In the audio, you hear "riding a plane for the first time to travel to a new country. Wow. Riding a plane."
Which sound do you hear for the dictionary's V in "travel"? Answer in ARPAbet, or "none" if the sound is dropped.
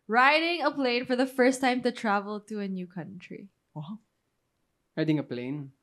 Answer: V